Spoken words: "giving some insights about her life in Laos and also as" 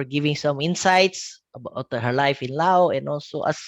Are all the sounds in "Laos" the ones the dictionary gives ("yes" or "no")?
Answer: no